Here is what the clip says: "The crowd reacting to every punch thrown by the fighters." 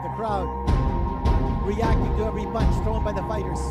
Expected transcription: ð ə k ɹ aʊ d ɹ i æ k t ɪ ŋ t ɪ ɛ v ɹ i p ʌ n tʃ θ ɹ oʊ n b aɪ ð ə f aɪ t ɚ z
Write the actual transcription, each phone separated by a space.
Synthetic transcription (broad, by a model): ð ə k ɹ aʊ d ɹ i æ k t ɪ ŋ t ɪ ɛ v ɹ i b ʌ n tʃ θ ɹ oʊ n b aɪ ð ə f aɪ t ɚ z